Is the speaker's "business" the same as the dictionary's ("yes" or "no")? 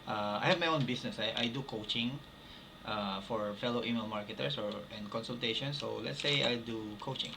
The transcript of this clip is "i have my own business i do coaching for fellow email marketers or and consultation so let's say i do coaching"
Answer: no